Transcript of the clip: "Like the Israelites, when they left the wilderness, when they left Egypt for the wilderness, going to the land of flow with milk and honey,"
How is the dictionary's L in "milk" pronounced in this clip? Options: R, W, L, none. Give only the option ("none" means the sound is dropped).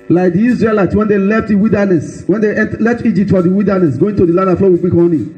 none